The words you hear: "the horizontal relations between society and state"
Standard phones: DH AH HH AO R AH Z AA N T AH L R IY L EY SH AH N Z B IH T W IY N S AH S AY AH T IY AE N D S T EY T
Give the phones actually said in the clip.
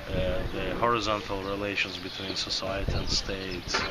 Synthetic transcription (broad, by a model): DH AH HH AO R AH Z AA N T AH L R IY L EY SH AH N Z B IH T W IY N S AH S AY AH T IY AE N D S T EY T